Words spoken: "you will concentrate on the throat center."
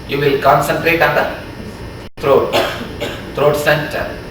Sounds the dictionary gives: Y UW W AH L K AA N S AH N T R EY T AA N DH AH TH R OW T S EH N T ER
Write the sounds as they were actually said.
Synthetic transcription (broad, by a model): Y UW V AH L K AA N S AH N T R EY T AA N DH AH T R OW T S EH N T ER